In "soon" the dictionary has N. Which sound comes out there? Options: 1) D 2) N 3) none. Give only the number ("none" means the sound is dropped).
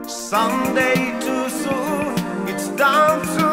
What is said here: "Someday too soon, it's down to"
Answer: 3